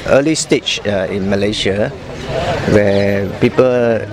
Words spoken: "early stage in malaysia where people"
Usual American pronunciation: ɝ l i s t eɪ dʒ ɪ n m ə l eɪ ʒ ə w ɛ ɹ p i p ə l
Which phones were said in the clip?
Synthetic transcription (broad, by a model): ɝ l i s t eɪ tʃ ɪ n m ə l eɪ ʃ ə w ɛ p i p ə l